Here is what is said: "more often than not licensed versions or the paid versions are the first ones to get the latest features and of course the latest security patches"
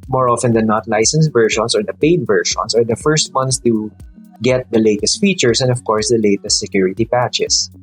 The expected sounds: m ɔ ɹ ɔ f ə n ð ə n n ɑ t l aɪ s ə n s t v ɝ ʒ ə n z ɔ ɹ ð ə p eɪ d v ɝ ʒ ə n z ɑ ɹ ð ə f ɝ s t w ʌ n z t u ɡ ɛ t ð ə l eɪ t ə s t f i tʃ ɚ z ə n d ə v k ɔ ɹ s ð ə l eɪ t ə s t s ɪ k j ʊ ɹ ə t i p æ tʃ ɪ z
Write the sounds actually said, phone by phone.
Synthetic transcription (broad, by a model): m ɔ ɹ ɔ f ə n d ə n n ɑ t l aɪ s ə n s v ɝ ʃ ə n s ɔ ɹ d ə p eɪ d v ɝ ʃ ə n s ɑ ɹ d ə f ɝ s t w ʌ n s t u ɡ ɛ t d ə l eɪ t ə s t f i tʃ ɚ s ə n d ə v k ɔ ɹ s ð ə l eɪ t ə s t s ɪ k j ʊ ɹ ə t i p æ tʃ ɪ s